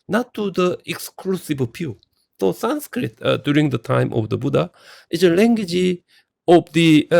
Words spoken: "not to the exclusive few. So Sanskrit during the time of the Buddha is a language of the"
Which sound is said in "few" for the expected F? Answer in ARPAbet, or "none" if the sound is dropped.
P